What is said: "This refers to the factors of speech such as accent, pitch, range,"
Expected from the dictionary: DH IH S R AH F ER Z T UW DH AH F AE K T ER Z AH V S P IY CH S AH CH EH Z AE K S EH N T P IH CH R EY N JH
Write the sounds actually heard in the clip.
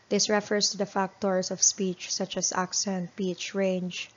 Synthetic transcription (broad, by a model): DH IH S R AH F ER S T UW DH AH F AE K T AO S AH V S P IY CH S AH CH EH S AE K S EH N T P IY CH R EY N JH